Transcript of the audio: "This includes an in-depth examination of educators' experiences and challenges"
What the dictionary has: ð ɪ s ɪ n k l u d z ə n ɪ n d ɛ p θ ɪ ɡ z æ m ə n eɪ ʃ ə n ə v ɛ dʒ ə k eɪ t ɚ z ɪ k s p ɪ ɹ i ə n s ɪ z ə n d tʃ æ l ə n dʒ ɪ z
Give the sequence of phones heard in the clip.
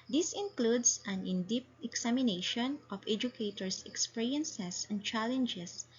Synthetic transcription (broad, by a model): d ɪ s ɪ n k l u d s ə n ɪ n d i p t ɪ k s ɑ m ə n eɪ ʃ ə n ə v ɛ dʒ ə k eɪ t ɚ s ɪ k s p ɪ ɹ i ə n s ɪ s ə n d tʃ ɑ l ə n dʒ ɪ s